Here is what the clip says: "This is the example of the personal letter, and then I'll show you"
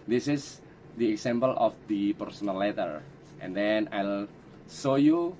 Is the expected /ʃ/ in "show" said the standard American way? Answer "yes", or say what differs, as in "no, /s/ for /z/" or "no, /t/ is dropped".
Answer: no, /s/ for /ʃ/